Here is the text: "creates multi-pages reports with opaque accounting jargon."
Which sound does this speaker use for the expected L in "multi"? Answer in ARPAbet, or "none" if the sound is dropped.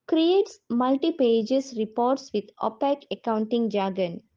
L